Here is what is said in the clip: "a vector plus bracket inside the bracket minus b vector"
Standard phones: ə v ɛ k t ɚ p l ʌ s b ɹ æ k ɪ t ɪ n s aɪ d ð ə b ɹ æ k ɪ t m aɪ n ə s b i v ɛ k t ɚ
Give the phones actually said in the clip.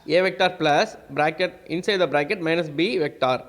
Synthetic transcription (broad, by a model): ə v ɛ k t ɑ p l ʌ s b ɹ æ k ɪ t ɪ n s aɪ d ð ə b ɹ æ k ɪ t m aɪ n ə s b i v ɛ k t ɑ